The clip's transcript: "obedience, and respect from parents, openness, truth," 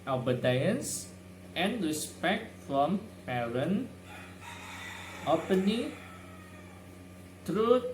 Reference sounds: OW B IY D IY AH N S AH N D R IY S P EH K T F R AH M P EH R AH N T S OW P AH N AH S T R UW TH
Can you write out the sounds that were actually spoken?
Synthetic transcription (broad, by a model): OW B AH D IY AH N S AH N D R IY S P EH K T F R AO M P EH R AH N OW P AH N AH T R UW